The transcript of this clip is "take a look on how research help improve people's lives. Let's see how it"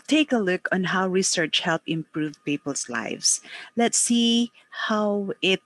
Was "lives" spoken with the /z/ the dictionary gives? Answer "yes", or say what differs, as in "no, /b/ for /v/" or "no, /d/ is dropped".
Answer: no, /s/ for /z/